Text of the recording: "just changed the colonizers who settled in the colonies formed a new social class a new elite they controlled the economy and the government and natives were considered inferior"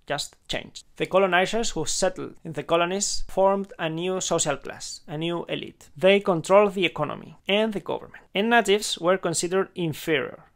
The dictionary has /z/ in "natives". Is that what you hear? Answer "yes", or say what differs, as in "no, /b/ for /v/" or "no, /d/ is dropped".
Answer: no, /s/ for /z/